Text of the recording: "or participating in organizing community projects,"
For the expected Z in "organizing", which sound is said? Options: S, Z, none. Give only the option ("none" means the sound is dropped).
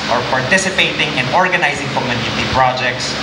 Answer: Z